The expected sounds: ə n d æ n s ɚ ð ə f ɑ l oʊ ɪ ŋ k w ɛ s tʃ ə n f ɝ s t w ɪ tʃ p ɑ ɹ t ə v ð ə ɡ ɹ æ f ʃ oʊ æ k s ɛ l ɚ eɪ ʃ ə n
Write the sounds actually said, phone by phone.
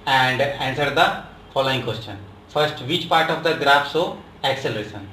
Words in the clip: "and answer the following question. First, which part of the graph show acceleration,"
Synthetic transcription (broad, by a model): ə n d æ n s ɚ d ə f ɑ l oʊ ɪ ŋ k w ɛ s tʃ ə n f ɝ s t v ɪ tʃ p ɑ ɹ t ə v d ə ɡ ɹ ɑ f s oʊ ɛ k s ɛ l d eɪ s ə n